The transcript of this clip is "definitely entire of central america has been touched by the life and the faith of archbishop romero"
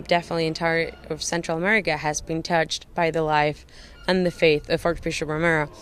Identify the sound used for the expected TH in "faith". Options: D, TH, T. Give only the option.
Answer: TH